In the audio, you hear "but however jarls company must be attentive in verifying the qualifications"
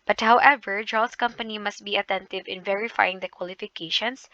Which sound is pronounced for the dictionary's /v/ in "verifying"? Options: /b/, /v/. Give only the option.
/v/